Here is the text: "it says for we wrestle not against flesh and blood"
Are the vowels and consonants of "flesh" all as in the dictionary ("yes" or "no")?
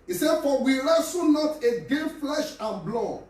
yes